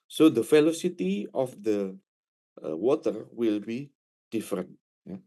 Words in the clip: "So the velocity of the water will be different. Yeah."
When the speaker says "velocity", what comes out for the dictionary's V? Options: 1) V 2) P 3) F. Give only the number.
3